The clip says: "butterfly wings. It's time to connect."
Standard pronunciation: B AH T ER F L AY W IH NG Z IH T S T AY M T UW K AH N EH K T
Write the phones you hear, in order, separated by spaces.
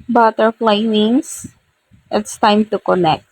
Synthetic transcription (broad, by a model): B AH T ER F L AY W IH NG S IH T S T AY M T UW K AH N EH K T